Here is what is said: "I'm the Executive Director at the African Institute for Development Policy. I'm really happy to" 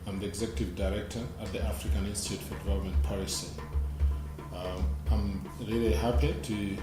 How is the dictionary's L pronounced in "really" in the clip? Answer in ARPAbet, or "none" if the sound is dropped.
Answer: L